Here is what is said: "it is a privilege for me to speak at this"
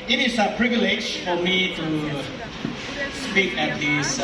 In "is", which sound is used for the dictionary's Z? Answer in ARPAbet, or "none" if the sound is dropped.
S